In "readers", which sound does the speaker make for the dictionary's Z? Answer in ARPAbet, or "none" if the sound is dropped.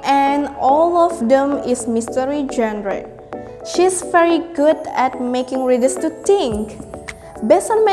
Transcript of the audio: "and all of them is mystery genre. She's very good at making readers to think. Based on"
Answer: S